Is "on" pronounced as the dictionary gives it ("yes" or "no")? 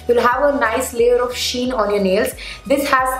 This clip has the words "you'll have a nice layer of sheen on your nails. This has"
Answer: yes